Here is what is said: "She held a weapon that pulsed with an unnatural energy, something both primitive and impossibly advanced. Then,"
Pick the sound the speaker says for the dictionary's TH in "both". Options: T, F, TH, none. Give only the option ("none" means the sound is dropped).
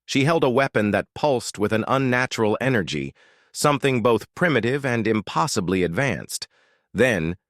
TH